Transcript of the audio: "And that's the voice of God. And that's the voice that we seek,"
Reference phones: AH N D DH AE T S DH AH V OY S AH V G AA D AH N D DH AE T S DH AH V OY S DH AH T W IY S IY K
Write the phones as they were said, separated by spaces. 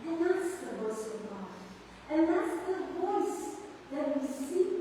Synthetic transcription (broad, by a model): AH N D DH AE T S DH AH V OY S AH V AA AH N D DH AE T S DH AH V OY S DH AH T W IY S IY